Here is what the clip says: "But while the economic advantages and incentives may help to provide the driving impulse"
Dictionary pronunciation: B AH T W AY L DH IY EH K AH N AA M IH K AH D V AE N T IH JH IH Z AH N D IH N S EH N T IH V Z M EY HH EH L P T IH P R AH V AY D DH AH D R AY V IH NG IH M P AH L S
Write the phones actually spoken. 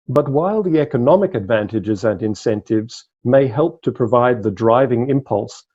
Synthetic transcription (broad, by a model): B AH T W AY L DH IY EH K AH N AA M IH K AH D V AE N T IH JH IH Z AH N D IH N S EH N T IH V Z M EY HH EH L P T IH P R AH V AY D DH AH D R AY V IH NG IH M P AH L S